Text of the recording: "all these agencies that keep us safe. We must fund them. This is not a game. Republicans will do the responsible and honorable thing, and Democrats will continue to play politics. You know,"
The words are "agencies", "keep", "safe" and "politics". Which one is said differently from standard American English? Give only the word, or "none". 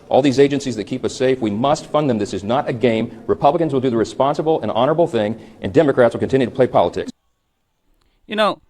none